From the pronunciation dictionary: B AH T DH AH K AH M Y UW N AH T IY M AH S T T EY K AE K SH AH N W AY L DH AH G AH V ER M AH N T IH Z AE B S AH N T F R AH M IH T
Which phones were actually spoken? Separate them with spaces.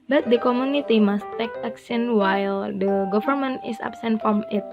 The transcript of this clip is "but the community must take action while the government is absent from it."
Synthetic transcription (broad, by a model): B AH T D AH K AH M Y UW N AH T IY M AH S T T EY K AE K S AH N W AY L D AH G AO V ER M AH N T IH S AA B S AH N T F R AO M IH T